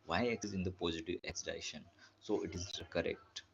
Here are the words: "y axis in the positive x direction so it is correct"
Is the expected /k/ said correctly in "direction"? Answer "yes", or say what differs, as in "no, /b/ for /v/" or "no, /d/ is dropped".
no, /k/ is dropped